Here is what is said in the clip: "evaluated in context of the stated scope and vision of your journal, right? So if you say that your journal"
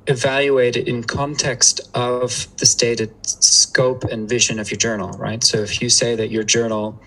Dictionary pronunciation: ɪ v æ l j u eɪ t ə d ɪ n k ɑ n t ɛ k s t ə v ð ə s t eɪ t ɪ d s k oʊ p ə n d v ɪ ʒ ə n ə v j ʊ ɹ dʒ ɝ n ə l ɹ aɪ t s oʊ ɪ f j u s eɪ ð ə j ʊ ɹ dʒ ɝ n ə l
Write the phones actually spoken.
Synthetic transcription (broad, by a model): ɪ v æ l j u eɪ t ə d ɪ n k ɑ n t ɛ k s t ə v ð ə s t eɪ t ɪ d s k oʊ p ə n v ɪ ʒ ə n ə v j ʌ ɹ dʒ ɝ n l ɹ aɪ t s oʊ ɪ f j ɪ s eɪ ð ə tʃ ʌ ɹ dʒ ɝ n l